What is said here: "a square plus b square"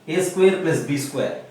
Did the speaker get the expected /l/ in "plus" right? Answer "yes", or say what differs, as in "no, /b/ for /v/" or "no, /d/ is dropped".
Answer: no, /l/ is dropped